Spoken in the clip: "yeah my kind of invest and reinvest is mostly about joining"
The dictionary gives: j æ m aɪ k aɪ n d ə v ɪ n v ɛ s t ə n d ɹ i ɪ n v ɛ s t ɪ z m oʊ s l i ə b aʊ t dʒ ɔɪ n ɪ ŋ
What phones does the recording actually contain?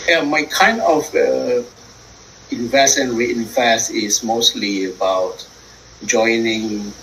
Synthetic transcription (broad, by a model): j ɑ m aɪ k aɪ n d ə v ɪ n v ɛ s ə n ɹ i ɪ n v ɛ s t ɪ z m oʊ s l i ə b aʊ t dʒ ɔɪ n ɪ ŋ